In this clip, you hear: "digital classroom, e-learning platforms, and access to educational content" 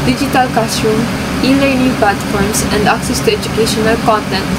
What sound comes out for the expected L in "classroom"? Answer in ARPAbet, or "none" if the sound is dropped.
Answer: none